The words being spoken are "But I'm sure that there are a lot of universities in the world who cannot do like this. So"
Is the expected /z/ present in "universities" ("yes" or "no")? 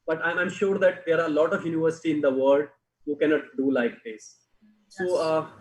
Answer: no